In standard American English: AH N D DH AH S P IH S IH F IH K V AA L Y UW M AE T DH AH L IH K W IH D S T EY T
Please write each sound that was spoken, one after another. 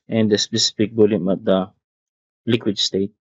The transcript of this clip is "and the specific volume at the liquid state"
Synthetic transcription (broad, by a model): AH N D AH S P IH S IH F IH K B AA L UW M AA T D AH L IH K W IH D S T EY T